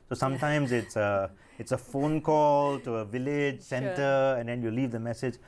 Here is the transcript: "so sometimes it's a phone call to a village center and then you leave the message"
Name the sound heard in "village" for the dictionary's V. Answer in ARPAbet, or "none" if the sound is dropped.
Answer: V